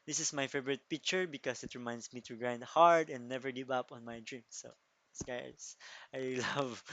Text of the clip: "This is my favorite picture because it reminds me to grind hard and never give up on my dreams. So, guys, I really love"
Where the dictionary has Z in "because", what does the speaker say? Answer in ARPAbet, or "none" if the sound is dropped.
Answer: S